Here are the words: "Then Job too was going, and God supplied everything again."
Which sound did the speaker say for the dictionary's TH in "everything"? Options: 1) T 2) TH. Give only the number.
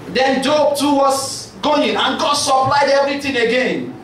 1